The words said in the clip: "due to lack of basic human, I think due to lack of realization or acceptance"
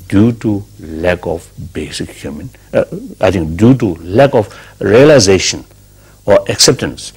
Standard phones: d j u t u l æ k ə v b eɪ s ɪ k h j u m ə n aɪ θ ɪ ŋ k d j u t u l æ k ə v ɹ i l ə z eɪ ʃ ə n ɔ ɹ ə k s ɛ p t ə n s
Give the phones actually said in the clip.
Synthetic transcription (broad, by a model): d j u t u l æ k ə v b eɪ s ɪ k h j u m ə n aɪ t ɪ ŋ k d j u t u l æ k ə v ɹ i l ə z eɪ ʃ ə n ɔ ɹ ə k s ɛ p t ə n s